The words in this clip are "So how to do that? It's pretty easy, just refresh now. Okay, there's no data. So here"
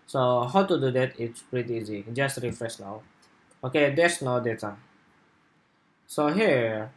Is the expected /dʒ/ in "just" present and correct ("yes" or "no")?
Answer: yes